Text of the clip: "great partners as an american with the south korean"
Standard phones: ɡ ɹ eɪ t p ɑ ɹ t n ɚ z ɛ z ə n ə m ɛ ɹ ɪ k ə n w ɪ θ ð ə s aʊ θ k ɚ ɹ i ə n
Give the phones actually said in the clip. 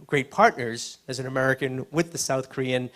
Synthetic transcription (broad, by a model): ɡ ɹ eɪ t p ɑ ɹ t n ɚ z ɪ z ə n ə m ɛ ɹ ɪ k ə n w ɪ ð ə s aʊ θ k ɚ ɹ i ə n